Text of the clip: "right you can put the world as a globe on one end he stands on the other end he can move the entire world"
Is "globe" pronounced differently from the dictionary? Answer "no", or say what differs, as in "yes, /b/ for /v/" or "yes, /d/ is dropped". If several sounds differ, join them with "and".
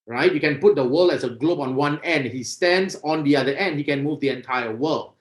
no